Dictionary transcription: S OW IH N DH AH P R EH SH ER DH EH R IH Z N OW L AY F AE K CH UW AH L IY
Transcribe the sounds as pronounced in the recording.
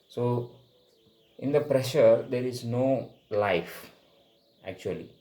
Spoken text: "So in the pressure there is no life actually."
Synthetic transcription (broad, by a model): S OW IH N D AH P R EH SH ER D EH R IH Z N OW L AY F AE K CH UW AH L IY